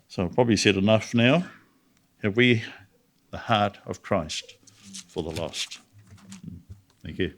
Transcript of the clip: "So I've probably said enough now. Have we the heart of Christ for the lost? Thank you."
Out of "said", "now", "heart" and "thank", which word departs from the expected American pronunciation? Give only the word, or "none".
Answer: none